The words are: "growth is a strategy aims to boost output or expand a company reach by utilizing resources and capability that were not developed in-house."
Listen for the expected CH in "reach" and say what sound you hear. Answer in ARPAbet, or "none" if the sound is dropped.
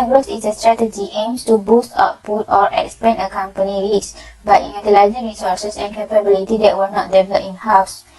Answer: S